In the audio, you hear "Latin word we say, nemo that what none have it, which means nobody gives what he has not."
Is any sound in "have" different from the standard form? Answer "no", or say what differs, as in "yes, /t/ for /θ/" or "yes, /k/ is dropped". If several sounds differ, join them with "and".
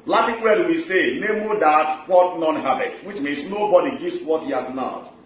yes, /b/ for /v/